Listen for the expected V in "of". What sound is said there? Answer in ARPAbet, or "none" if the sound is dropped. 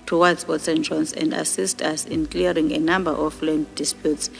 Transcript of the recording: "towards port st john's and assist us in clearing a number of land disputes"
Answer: F